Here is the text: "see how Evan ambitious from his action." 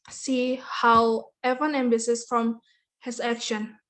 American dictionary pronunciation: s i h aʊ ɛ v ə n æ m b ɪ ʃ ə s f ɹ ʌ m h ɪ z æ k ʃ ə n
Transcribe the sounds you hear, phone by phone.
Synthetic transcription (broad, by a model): s i h aʊ ɛ v ə n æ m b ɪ s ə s f ɹ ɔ m h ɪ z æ k ʃ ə n